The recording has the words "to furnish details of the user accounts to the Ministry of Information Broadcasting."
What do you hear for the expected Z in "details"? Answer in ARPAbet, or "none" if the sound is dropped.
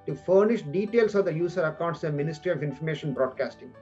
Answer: S